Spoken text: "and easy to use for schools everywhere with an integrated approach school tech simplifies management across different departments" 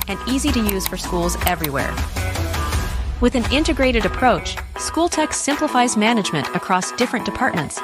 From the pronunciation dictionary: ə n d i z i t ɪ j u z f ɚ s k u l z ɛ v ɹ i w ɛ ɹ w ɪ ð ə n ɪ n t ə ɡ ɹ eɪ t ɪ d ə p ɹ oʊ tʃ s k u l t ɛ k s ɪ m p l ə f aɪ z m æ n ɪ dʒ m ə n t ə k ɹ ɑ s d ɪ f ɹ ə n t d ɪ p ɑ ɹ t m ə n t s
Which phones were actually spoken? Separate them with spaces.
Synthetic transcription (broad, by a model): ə n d i z i t ɪ j u z f ɚ s k u l z ɛ v ɹ i w ɛ ɹ w ɪ ð ə n ɪ n t ə ɡ ɹ eɪ t ɪ d ə p ɹ oʊ tʃ s k u l t ɛ k s ɪ m p l ə f aɪ z m æ n ɪ dʒ m ə n t ə k ɹ ɑ s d ɪ f ɹ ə n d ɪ p ɑ ɹ t m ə n t s